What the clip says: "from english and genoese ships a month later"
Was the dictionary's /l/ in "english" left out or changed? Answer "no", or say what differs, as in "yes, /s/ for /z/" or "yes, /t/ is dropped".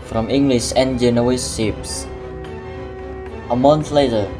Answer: no